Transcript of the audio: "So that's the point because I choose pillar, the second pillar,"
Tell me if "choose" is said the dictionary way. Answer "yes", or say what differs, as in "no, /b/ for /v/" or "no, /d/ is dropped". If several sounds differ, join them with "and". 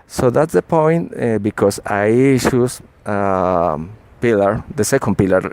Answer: no, /ʃ/ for /tʃ/